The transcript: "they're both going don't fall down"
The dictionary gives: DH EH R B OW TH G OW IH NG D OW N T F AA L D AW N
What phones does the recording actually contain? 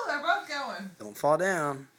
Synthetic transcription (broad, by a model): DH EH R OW T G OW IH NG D OW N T F AA L D AW N